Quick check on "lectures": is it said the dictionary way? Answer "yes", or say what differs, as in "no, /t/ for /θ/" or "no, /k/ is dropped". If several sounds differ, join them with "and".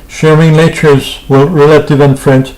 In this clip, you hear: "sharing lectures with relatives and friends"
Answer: no, /n/ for /l/